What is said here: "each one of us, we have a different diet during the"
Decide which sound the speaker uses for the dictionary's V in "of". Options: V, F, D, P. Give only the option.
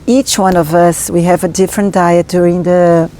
V